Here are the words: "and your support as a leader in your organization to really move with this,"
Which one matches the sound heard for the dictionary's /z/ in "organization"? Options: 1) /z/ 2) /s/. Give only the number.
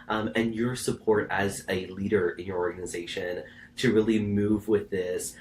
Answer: 1